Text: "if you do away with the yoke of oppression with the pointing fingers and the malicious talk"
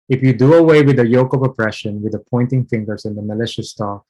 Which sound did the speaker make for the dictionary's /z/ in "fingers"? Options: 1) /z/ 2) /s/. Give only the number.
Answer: 2